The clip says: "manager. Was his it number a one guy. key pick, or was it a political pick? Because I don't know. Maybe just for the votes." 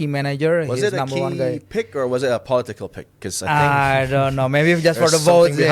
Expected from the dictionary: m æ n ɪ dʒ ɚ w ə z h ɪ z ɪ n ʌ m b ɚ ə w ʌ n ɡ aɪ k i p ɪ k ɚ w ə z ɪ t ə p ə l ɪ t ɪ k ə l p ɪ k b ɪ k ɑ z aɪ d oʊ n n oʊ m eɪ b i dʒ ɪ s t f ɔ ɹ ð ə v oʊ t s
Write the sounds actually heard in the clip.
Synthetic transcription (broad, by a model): m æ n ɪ dʒ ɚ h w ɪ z ɪ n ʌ m b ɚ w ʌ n ɡ aɪ p ɪ k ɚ w ə z ɪ t ə p ə l ɪ t ɪ k ə l p ɪ k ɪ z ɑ aɪ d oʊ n n oʊ m eɪ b i dʒ ɪ s t f ɔ ɹ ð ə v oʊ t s